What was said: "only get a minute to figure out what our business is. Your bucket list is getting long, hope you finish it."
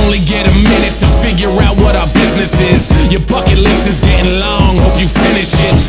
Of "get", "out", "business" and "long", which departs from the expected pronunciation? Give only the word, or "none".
none